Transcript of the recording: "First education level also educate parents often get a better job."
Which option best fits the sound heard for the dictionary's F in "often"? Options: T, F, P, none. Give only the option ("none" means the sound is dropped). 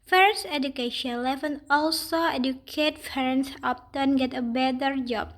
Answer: P